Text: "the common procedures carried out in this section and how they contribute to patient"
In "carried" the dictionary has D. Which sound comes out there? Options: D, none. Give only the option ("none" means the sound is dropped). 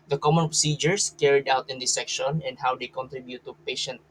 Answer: D